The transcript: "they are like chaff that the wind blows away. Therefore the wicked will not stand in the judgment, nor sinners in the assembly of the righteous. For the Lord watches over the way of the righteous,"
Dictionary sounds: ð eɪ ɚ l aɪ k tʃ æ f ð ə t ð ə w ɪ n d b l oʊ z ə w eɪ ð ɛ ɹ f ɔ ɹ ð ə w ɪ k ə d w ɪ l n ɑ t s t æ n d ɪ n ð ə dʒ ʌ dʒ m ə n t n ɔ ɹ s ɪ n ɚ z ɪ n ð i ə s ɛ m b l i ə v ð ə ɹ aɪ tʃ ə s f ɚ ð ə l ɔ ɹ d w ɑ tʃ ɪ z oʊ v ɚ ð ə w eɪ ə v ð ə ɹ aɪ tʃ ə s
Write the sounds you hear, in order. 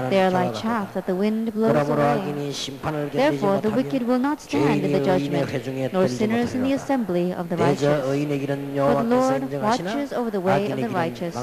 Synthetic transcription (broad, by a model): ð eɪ ɚ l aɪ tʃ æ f ð ə t ð ə w ɪ n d b l oʊ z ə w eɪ ð ɛ ɹ f ɔ ɹ ð ə w ɪ k ə d w ɪ l n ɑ t s t æ n d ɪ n ð ə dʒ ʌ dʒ m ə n n ɔ ɹ s ɪ n ɚ z ɪ n ð i ə s ɛ m b l i ə v ð ə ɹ aɪ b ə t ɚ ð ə l ɔ ɹ d w ɑ tʃ ɪ z oʊ v ɚ ð ə w eɪ ə v ð ə ɹ aɪ tʃ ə s